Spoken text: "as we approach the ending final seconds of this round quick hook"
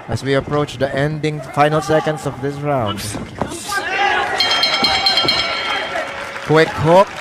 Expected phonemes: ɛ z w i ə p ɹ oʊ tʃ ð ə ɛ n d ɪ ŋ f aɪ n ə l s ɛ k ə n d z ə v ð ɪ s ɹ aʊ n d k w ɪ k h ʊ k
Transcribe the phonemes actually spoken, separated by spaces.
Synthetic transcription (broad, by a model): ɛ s w i ə p ɹ oʊ tʃ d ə ɛ n d ɪ ŋ f aɪ n ə l s ɛ k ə n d s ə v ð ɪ s ɹ aʊ n d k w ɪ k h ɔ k